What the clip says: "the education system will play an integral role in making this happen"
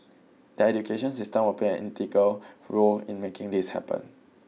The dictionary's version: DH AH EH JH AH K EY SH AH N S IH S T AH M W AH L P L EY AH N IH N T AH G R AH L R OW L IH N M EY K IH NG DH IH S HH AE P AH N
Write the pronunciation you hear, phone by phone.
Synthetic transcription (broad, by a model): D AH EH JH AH K EY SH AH N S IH S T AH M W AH P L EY AH N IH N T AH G AH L R OW L IH N M EY K IH NG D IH S HH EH P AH N